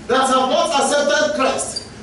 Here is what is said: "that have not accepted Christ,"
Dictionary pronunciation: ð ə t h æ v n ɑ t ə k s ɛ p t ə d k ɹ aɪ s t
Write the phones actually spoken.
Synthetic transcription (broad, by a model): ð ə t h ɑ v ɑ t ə s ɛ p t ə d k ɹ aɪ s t